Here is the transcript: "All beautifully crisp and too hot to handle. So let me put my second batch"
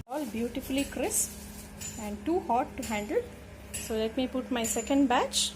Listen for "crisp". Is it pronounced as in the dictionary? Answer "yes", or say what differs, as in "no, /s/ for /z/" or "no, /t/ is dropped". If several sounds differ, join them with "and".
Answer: no, /p/ is dropped